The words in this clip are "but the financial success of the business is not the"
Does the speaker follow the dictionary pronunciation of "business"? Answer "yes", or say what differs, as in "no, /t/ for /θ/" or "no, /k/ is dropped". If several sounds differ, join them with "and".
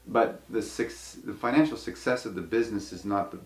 yes